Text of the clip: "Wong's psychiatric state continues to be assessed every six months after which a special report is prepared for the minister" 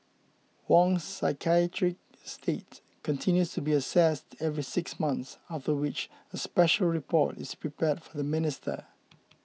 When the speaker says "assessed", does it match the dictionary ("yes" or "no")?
yes